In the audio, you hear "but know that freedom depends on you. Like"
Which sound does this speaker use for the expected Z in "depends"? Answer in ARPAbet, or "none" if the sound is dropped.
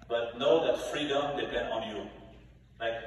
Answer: none